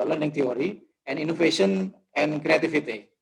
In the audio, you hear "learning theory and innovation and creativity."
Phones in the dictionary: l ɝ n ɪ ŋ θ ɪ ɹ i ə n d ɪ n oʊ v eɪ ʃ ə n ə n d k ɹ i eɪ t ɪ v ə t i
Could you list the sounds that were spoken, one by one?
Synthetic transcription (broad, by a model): l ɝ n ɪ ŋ t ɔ ɹ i ə n d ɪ n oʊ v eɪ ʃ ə n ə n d k ɹ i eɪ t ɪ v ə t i